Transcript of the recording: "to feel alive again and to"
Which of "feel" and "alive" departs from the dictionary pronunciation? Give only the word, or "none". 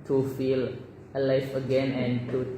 alive